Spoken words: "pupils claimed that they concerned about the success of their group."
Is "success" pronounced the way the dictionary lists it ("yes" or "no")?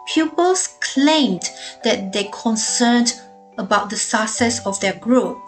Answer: no